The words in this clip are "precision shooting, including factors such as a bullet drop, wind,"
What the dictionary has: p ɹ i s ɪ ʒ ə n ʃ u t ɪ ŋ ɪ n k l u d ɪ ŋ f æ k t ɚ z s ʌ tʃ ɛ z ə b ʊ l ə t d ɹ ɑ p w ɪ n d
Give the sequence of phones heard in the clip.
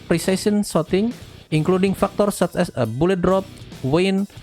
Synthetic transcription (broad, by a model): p ɹ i s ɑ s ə n s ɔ t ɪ ŋ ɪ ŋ k l u d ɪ ŋ f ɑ k t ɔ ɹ s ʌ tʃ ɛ s ə b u l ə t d ɹ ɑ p w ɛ n